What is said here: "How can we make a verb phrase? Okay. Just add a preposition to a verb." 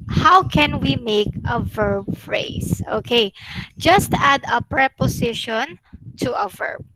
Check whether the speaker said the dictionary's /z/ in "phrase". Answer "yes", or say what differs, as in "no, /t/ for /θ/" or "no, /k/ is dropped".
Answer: no, /s/ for /z/